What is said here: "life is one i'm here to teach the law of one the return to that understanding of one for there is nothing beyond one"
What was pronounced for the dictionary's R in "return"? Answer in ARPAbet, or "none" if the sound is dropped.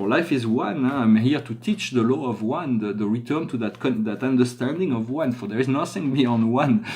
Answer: R